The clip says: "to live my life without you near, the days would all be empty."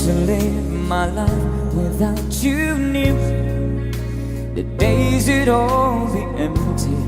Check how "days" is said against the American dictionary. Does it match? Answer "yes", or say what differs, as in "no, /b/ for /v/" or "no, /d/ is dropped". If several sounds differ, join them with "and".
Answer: yes